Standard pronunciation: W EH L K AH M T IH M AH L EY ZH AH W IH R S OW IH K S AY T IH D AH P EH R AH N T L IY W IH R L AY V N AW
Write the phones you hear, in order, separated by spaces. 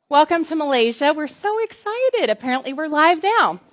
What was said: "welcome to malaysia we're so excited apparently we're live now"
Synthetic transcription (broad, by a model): W EH L K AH M T IH M AH L EY ZH AH W IH R S OW IH K S AY T IH D AH P EH R AH N T L IY W IH R L AY V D AW